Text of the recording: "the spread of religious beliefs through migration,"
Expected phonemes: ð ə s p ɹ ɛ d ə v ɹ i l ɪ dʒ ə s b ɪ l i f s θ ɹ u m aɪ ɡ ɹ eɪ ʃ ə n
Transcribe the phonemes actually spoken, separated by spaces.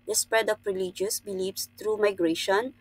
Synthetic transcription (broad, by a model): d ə s p ɹ ɛ d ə p ɹ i l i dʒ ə s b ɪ l i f s t ɹ u m aɪ ɡ ɹ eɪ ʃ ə n